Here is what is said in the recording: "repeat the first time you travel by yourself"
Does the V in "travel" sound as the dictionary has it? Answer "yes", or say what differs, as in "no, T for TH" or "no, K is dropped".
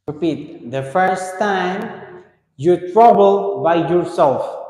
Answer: no, B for V